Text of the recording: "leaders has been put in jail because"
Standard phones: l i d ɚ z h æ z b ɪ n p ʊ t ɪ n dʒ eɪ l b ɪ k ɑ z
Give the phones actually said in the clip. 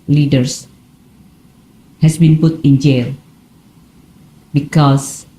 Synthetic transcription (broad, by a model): l i d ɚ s h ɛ s b ɪ n p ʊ t ɪ n dʒ eɪ l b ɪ k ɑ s